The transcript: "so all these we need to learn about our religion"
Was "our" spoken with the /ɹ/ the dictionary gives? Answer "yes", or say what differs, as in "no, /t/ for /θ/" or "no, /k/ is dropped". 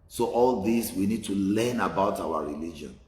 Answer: no, /w/ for /ɹ/